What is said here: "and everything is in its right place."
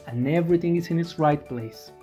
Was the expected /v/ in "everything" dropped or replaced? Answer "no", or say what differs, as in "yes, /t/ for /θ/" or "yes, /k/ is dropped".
no